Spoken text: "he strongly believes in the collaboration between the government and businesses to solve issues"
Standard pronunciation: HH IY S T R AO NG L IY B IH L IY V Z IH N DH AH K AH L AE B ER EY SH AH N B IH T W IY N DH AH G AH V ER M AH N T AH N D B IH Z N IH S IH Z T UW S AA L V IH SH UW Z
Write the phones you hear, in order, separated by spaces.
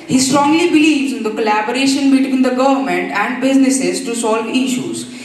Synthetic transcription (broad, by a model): HH IY S T R AO NG L IY B IH L IY V Z IH N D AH K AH L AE B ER EY SH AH N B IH T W IY N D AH G AH V ER M AH N T AH N D B IH Z N IH S IH Z T UW S AA L V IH SH UW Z